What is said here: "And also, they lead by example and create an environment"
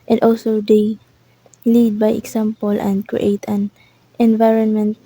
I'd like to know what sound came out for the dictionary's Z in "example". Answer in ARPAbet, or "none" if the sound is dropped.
S